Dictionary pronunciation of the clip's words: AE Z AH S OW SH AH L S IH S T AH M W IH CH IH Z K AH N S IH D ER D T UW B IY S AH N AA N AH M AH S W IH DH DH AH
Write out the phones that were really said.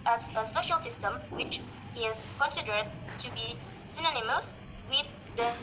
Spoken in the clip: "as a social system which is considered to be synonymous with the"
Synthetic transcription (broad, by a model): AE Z AH S OW SH AH L S IH S T AH M W IH CH IH Z K AH N S IH D ER D T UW B IY S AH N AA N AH M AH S W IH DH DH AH